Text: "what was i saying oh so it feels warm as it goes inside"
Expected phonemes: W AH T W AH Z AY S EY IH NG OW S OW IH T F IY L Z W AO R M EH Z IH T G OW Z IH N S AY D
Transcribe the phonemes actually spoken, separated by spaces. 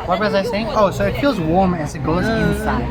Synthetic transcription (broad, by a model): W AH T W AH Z AY S EY IH NG OW S OW IH T F IY L Z W AO R M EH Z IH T G OW Z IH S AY